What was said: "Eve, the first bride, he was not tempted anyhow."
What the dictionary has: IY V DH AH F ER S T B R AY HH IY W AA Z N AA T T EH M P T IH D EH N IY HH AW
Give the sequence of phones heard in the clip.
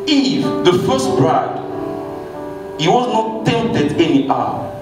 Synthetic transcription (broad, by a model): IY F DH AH F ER S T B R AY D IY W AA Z N AA T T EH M T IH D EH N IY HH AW